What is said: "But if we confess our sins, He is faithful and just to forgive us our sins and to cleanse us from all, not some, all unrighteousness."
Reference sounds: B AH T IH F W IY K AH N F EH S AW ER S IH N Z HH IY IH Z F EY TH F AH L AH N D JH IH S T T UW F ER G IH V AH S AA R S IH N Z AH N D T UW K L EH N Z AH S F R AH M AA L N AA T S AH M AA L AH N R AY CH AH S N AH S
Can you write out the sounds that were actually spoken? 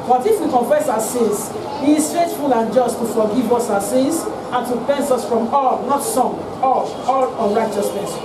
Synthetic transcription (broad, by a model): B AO T IH F W IY K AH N F EH S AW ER S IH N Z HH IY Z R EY S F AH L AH N JH IH S T T UW F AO G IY V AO S AA S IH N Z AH N T UW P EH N S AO S F R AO M AA L N AA T S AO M AA L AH N R AY CH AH S N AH S